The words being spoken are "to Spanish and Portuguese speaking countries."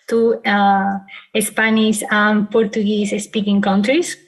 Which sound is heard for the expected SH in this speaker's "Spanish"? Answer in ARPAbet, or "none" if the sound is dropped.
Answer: S